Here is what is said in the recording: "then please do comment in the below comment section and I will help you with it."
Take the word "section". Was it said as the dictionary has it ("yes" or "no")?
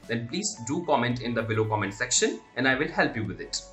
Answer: yes